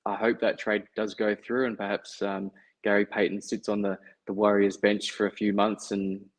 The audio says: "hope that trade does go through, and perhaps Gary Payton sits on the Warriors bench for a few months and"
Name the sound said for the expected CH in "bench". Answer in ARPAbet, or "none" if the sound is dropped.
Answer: CH